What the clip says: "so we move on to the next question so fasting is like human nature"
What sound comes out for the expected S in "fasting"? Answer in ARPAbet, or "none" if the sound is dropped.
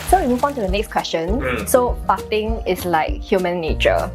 none